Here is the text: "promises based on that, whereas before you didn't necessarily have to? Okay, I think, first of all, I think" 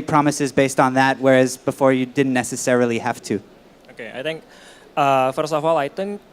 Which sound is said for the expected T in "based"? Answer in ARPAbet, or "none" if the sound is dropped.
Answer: T